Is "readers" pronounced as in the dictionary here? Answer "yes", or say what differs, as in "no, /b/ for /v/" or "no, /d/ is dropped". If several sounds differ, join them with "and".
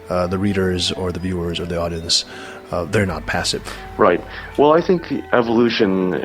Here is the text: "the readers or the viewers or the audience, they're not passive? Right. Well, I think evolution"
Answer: yes